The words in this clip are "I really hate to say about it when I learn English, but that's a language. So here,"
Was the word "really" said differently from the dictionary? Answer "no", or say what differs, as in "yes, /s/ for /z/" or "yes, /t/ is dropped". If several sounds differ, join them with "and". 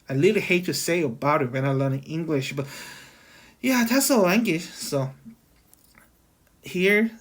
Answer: yes, /l/ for /ɹ/